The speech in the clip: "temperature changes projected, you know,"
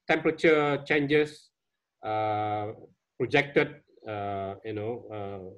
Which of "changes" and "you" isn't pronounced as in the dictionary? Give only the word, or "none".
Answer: changes